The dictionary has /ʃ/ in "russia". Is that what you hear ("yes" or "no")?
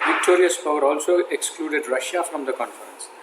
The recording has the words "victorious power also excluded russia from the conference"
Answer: yes